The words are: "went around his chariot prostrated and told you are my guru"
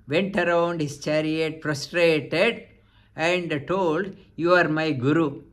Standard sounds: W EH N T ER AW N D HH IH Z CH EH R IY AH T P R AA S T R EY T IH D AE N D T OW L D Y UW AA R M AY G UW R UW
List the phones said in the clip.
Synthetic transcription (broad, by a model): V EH N T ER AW N D HH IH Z CH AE R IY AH T F R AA S T R EY T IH D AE N D T OW L D Y UW AA R M AY G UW R UW